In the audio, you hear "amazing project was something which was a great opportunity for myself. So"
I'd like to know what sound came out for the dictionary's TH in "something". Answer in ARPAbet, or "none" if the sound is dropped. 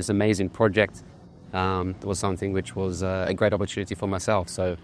TH